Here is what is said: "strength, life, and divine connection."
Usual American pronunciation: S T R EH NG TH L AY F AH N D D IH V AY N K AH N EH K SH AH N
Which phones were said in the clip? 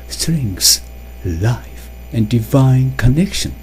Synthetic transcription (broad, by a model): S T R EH NG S L AY F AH N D D IH V AY N K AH N EH K SH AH N